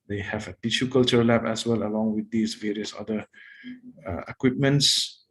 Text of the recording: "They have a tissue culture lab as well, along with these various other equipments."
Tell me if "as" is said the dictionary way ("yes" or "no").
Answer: no